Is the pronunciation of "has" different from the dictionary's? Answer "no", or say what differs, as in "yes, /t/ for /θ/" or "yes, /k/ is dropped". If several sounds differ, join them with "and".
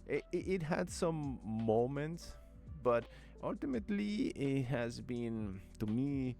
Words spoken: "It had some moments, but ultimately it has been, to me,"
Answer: no